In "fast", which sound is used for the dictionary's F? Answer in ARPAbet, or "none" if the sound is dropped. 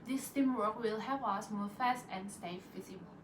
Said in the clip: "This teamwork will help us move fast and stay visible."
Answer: F